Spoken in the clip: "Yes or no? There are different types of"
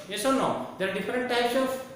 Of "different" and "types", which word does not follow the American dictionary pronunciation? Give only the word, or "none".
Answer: none